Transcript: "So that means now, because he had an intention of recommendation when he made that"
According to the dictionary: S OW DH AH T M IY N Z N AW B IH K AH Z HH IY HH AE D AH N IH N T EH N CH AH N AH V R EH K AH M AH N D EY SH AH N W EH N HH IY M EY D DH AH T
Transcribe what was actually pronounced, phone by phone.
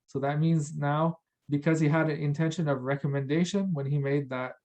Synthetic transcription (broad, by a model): S OW DH AH T M IY N Z N AW B IH K AH Z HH IY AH D AH N IH N T EH N SH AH N AH V R EH K AH M AH N D EY SH AH N W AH N IY M EY D DH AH T